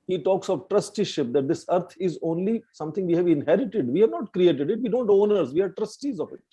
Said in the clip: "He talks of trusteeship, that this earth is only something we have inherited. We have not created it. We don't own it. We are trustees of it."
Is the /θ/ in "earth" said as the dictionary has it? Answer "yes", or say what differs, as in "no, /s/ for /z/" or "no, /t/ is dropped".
no, /t/ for /θ/